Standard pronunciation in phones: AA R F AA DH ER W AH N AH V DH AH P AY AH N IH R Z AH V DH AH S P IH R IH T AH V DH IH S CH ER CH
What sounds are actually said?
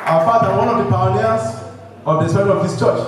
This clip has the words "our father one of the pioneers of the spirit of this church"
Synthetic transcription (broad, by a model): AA F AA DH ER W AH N AH V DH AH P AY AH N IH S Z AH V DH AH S AO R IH AH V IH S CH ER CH